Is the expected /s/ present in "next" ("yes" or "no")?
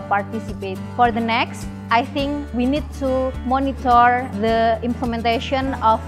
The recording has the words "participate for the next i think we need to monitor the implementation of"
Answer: yes